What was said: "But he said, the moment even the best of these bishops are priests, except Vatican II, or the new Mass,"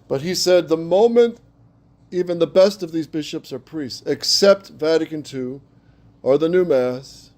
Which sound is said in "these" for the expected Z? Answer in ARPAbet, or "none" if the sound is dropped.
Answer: Z